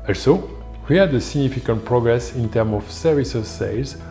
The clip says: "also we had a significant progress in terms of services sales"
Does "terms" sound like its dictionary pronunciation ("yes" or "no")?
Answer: no